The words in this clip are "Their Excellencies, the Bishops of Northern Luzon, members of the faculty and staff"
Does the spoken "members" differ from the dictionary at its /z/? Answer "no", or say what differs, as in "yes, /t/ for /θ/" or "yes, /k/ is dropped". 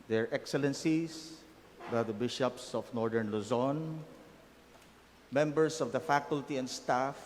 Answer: yes, /s/ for /z/